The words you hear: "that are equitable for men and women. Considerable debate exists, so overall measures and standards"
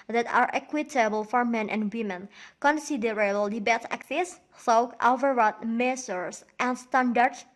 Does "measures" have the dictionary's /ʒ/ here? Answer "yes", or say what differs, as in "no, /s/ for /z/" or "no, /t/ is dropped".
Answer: no, /s/ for /ʒ/